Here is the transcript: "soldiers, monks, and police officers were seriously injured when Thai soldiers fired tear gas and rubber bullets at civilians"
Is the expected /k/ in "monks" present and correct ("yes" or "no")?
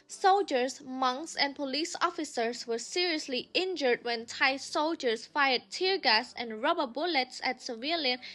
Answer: yes